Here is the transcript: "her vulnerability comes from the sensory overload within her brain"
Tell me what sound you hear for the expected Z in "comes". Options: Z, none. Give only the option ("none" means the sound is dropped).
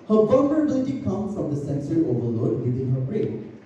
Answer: none